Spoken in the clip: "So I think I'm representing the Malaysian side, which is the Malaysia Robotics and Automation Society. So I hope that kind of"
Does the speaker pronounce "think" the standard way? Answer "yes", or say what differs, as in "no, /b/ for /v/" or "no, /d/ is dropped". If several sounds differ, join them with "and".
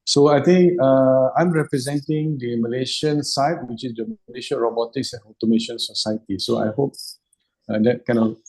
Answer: no, /t/ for /θ/